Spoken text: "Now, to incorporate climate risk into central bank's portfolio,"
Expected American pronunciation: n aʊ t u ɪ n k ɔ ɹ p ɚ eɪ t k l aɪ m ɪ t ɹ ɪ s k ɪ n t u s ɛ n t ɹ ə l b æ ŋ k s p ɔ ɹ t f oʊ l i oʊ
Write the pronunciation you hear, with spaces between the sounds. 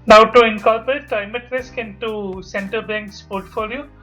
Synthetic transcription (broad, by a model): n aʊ t u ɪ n k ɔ l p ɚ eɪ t k l aɪ m ɪ t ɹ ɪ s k ɪ n t u s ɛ n t ə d b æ ŋ k s p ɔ ɹ t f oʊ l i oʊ